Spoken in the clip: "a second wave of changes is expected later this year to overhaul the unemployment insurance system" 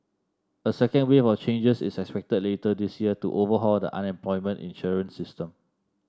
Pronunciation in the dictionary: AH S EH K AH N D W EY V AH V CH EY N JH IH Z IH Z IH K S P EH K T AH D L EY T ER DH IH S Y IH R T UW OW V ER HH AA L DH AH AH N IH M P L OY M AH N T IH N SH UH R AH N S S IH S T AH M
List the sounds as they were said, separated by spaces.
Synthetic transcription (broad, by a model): AH S EH K AH N D W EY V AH F CH EY N JH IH S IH S IH K S P EH K T AH D L EY T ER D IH S Y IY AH T UW OW V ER HH AA L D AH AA N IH M P L OY M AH N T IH N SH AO R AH N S S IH S T AH M